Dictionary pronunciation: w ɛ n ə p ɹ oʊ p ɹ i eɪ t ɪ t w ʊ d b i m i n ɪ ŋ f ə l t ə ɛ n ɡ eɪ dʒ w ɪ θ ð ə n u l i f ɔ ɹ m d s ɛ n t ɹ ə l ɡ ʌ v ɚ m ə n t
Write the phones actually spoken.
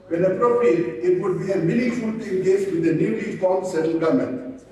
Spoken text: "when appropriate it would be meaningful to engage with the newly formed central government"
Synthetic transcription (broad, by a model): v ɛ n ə p ɹ oʊ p ɹ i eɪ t ɪ t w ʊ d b i m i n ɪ f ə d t ɛ n ɡ eɪ dʒ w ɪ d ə n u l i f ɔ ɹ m s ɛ t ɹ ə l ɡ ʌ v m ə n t